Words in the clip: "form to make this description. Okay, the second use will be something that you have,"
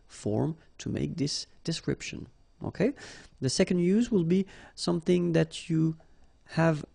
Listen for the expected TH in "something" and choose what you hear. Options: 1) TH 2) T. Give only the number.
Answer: 1